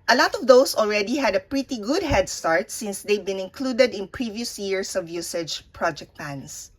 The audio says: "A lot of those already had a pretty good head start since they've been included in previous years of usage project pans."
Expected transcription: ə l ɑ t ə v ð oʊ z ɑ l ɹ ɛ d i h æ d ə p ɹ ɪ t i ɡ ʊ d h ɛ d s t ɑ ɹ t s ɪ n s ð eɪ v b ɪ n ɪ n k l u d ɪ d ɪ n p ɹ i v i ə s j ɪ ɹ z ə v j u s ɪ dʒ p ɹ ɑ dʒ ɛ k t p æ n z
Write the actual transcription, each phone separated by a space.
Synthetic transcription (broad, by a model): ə l ɑ t ə v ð oʊ s ɑ l ɹ ɛ d i h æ d ə p ɹ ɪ t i ɡ ʊ d h ɛ d s t ɑ ɹ t s ɪ n s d eɪ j b ɪ n ɪ n k l u d ɪ d ɪ n p ɹ i v i ə s j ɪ ɹ s ə v j u s ɪ dʒ p ɹ ɑ dʒ ɛ k t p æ n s